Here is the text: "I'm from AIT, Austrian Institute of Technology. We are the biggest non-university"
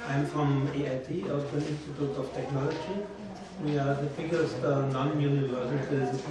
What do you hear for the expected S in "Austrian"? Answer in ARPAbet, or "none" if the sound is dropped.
none